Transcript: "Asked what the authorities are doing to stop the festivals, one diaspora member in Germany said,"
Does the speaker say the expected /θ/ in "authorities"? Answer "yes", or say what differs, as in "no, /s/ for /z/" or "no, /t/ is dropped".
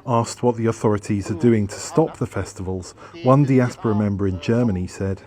yes